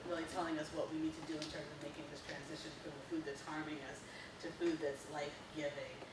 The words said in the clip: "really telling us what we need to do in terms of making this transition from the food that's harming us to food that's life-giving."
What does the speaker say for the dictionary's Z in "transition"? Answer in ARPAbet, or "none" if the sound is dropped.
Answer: Z